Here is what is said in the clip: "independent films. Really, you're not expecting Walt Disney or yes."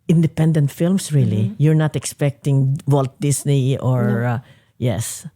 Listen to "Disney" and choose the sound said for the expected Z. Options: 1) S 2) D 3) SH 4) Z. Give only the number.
1